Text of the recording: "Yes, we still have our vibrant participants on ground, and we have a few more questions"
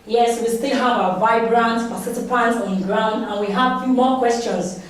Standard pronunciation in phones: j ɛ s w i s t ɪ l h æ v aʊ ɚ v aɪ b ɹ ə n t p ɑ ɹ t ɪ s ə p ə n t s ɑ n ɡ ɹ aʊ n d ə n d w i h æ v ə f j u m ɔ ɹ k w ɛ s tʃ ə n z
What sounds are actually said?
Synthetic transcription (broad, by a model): j ɛ s w i s t ɪ l h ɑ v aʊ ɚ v aɪ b ɹ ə n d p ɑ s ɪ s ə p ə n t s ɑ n ɡ ɹ aʊ n d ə n w i h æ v f j u m ɔ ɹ k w ɛ s tʃ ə n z